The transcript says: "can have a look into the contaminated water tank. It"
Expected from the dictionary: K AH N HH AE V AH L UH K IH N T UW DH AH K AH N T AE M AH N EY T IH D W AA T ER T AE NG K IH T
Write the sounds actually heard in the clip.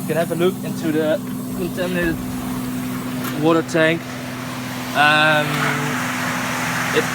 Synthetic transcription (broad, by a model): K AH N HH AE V AH L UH K IH N T UW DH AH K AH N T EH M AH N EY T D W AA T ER T AE NG K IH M